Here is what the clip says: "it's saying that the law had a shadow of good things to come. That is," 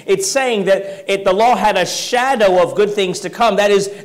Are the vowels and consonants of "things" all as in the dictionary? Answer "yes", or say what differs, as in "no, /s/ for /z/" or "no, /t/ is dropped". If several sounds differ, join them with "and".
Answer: yes